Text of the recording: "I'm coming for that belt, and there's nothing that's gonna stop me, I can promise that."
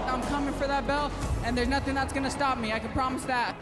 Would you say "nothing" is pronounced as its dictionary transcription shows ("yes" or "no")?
yes